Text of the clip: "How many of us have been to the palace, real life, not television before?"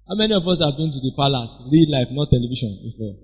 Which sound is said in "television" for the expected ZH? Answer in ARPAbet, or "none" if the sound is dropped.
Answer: SH